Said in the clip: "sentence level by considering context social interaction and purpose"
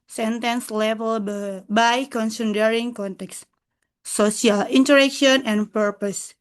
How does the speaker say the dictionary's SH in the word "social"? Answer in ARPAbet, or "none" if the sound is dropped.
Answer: S